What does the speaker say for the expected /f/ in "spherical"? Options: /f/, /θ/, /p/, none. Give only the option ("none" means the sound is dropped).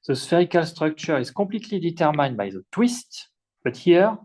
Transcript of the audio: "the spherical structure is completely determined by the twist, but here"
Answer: /f/